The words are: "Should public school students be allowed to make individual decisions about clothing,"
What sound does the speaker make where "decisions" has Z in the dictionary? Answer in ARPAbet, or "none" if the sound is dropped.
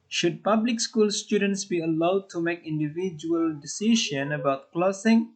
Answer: none